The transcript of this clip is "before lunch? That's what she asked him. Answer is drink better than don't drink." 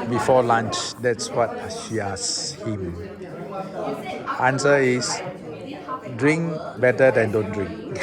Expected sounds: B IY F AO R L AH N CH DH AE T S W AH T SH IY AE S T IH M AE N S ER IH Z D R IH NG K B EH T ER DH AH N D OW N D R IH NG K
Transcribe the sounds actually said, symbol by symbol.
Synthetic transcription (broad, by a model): B IY F AO L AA N CH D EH T S W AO T SH IY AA S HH IH M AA N S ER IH S D R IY NG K B EH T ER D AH N D OW N D R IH NG K